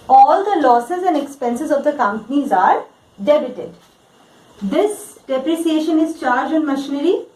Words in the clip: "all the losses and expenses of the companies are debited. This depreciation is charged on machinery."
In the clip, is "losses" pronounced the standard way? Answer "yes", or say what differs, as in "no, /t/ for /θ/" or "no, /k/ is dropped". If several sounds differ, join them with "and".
yes